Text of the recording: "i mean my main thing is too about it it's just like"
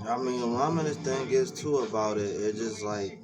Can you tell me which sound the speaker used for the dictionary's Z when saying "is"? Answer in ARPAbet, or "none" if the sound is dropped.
S